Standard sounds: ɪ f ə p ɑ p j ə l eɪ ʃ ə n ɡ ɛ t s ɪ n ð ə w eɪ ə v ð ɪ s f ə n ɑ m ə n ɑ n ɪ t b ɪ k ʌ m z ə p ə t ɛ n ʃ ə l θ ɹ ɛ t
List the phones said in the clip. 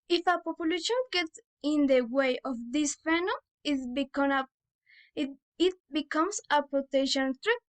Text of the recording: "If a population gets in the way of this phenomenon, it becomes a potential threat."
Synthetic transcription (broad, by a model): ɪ f ə p ɑ p j ə l eɪ ʃ ə n ɡ ɛ t s ɪ n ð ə w eɪ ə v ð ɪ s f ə n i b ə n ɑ ɪ t b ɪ k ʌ m s ə p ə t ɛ ʃ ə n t ɹ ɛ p